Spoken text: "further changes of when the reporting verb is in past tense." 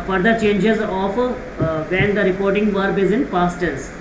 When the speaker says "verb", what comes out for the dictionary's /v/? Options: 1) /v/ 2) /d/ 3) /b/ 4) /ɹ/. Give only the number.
1